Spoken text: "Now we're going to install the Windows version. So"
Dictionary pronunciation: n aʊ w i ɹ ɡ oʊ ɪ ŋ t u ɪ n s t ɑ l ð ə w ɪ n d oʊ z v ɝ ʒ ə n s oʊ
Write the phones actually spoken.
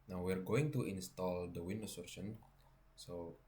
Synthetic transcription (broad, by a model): n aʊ w i ɹ ɡ oʊ ɪ ŋ t u ɪ n s t ɑ l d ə w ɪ n d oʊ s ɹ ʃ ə n s oʊ